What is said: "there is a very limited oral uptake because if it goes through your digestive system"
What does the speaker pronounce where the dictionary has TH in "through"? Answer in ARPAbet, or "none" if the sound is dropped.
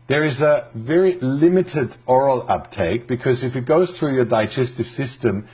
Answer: TH